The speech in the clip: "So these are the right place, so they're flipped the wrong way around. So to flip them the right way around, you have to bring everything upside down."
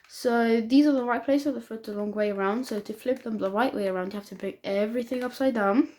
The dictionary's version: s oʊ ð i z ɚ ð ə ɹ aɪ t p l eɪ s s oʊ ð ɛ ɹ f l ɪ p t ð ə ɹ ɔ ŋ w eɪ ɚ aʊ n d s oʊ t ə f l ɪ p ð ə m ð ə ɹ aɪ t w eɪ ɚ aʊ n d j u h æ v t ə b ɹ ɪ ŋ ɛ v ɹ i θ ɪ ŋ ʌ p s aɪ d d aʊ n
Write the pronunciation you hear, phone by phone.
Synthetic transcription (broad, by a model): s oʊ ð i z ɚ ð ə ɹ aɪ t p l eɪ s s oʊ ð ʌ f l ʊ t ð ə l ɔ ŋ w eɪ ɚ aʊ n d s oʊ t ə f l ɪ p ð ə m ð ə ɹ aɪ t w eɪ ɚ aʊ n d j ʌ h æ f t ə b ɹ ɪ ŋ ɛ v ɹ i θ ɪ ŋ ʌ p s aɪ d d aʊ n